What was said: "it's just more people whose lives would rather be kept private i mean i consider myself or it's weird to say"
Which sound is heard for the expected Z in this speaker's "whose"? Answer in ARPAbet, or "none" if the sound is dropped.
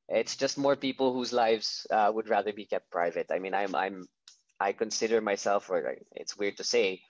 Z